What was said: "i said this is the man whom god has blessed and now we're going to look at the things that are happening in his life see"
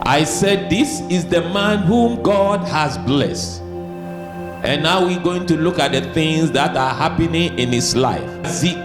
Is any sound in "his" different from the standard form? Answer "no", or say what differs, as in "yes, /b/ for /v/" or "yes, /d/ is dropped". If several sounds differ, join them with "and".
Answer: yes, /s/ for /z/